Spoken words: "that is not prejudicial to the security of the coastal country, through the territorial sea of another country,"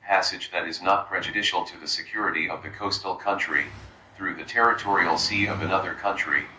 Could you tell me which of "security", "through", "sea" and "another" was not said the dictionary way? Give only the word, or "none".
none